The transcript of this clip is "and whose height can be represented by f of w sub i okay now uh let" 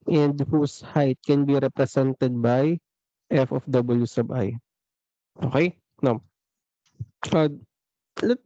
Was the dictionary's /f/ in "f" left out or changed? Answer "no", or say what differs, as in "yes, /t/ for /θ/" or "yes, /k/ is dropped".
no